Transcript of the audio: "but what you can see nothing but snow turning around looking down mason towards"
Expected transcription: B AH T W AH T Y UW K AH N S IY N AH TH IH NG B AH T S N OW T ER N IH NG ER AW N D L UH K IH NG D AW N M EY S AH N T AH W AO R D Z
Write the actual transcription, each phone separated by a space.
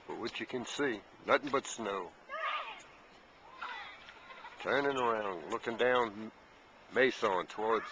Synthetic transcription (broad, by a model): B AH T W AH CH Y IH K AH N S IY N AH TH IH NG B AH T S N OW T ER N IH NG ER AW N D L UH K IH NG D AW N M EY S AH N T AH W AO R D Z